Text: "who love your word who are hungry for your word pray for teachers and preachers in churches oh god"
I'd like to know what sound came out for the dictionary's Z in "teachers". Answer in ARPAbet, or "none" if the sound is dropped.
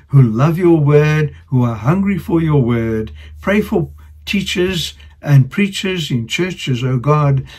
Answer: Z